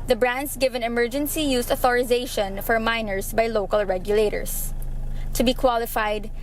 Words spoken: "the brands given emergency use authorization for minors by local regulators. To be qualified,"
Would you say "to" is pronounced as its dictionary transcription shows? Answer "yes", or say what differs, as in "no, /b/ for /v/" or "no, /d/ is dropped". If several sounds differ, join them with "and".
yes